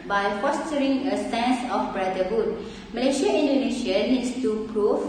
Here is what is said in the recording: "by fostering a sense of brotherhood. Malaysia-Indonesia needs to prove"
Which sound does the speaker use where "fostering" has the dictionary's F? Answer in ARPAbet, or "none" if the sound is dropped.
F